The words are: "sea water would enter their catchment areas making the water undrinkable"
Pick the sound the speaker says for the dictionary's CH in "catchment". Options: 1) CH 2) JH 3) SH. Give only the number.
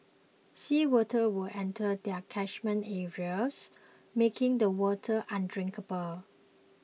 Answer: 3